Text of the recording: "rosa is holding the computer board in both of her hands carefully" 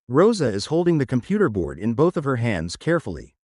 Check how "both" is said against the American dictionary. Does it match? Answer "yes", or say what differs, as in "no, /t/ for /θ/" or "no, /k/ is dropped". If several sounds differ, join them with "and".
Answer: yes